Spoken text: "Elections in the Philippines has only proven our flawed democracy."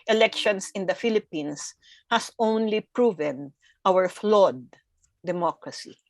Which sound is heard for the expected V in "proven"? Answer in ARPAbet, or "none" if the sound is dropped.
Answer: V